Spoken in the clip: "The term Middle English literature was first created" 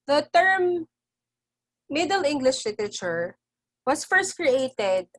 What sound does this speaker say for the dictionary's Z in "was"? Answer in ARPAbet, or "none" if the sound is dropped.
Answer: S